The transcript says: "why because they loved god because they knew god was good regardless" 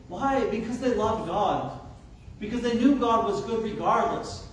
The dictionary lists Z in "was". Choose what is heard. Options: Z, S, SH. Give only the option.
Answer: Z